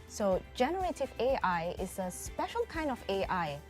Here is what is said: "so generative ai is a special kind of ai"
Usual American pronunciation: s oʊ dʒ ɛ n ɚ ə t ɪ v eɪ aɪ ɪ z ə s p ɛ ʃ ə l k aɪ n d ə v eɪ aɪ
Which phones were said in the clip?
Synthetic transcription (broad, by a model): s oʊ dʒ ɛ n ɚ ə t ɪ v eɪ aɪ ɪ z ə s p ɛ ʃ ə l k aɪ n d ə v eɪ aɪ